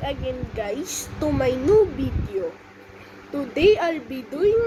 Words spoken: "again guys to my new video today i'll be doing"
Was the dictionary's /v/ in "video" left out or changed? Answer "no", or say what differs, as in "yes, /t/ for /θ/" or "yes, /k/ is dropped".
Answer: yes, /b/ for /v/